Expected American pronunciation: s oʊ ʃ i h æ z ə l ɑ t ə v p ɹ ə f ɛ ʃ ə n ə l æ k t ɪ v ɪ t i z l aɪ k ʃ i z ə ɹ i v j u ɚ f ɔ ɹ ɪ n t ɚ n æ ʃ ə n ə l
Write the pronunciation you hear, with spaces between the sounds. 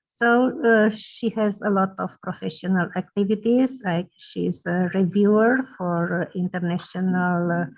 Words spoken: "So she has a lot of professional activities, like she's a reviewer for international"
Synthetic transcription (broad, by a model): s oʊ ʃ i h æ z ə l ɑ t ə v p ɹ ə f ɛ ʃ ə n ə l æ k t ɪ v ɪ t i z l aɪ k ʃ i z ə ɹ i v j u ɚ f ɔ ɹ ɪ n t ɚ n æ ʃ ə n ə l